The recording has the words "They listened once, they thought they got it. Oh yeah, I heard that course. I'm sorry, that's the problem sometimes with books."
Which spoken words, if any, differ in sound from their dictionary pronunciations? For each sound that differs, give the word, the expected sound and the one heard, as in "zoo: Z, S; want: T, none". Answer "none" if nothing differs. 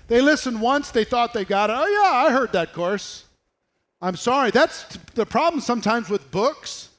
none